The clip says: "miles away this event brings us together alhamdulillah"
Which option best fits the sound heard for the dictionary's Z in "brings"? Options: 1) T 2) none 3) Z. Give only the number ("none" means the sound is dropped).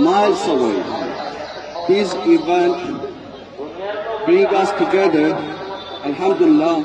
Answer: 2